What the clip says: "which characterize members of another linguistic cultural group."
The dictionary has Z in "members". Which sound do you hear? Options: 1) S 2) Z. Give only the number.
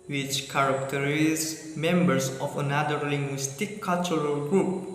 1